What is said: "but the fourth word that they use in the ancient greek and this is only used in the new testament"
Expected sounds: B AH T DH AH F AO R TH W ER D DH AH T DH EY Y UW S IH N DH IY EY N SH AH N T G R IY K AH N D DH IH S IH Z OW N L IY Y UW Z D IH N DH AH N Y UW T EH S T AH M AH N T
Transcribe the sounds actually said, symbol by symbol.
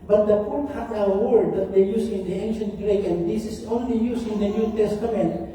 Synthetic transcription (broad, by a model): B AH T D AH P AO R T W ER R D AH T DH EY Y UW S IH N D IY EY N SH AH N T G R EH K AH N D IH S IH S OW N L IY Y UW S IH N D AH N Y UW T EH S T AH M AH N T